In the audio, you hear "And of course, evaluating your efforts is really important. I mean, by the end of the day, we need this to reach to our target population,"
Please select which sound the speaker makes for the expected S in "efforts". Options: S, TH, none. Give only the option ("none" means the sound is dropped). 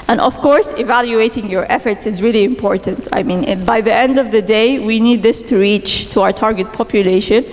S